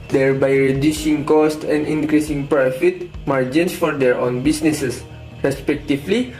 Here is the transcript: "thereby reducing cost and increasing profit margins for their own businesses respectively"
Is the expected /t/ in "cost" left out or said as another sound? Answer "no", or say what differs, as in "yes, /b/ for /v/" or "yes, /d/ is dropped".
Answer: no